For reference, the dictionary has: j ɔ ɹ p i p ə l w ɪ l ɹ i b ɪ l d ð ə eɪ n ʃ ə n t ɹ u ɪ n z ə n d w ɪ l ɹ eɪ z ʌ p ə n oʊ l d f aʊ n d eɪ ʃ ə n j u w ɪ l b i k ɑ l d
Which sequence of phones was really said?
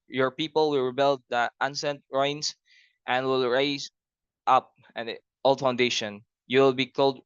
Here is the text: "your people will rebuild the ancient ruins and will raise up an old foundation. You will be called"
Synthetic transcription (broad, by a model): j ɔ ɹ p i p ə l w ɪ l ɹ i b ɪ l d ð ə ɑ n s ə n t ɹ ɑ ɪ n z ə n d w ɪ l ɹ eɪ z ʌ p ə n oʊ l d f aʊ n d eɪ ʃ ə n j u w ɪ l b i k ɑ l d